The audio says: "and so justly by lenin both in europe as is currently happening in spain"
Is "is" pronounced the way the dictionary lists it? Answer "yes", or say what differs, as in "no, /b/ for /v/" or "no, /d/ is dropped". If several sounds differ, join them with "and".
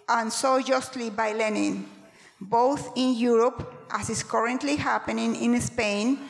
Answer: no, /s/ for /z/